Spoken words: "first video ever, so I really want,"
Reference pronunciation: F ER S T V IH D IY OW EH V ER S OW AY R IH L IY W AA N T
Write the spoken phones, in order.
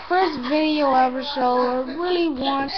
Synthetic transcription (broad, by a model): F ER S T V IH D IY OW EH V ER SH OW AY R IH L IY W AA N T